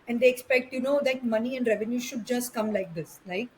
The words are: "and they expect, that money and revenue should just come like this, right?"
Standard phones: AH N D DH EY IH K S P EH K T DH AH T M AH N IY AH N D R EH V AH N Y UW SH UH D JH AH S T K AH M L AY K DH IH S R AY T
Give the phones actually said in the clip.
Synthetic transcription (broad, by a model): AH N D EY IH K S P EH K T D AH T M AH N IY AH N D R EH V AH N Y UW SH UH D JH AH S T K AH M L AY K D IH S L AY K